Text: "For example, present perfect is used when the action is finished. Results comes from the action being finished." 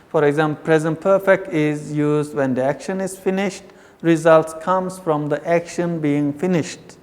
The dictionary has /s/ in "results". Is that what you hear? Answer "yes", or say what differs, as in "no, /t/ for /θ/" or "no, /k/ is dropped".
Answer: yes